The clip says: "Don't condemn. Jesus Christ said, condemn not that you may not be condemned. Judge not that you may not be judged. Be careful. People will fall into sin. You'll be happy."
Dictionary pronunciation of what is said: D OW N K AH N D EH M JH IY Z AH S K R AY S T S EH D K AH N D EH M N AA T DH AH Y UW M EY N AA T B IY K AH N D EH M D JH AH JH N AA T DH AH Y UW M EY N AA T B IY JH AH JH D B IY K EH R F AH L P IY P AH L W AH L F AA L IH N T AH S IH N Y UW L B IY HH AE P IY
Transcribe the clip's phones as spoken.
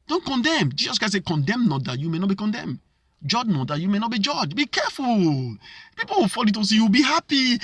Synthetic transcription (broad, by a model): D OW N K AH N D EH M JH IY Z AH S K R AY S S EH K AH N D EH M N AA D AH Y UW M EY N AA T B IY K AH N D EH M JH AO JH N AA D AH Y UW M EY N AA T B IY JH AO JH B IY K EH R F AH L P IY P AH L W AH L F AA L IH T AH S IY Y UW W B IY HH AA P IY